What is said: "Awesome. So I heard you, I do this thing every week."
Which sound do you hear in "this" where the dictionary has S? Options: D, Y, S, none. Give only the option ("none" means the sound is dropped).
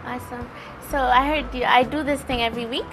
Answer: S